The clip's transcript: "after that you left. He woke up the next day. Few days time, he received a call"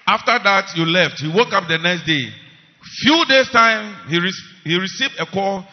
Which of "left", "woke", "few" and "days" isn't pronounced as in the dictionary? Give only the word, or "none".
days